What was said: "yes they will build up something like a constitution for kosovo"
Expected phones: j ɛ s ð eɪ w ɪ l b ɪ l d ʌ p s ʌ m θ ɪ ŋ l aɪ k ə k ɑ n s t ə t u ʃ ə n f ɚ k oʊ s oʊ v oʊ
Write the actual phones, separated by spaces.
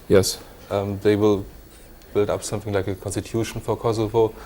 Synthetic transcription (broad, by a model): j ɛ s ð eɪ w ɪ l b ɪ l d ʌ p s ʌ m θ ɪ ŋ l aɪ k ə k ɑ n s t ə t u ʃ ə n f ɚ k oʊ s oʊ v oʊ